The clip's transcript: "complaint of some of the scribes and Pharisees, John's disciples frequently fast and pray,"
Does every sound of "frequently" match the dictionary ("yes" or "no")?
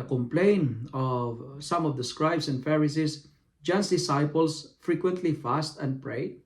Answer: yes